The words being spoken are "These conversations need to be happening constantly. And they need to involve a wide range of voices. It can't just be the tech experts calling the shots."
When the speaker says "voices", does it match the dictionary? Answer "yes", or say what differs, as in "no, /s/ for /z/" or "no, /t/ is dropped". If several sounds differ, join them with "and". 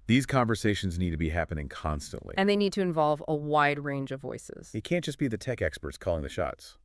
yes